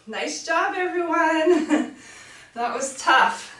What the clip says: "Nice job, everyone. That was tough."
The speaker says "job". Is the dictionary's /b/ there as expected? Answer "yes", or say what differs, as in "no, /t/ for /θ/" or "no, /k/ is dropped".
yes